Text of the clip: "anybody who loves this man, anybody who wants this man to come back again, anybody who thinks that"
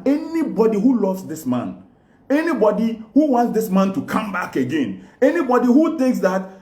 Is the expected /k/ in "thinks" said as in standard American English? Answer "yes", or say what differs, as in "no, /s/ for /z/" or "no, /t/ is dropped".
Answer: yes